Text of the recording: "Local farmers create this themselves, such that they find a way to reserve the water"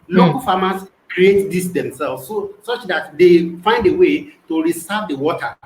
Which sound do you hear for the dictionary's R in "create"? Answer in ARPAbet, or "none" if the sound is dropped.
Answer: R